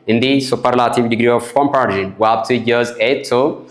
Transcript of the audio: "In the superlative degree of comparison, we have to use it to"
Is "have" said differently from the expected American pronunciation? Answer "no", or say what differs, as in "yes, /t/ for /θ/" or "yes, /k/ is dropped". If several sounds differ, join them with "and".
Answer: yes, /p/ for /v/